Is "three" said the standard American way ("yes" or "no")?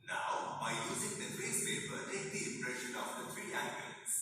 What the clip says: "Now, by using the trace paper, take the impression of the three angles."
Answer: no